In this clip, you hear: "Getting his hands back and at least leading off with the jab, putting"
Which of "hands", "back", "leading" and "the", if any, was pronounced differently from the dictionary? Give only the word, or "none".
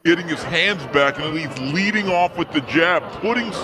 none